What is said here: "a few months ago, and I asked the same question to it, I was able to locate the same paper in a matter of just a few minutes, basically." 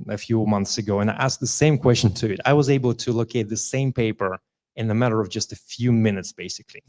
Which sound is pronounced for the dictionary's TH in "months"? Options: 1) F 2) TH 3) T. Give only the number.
2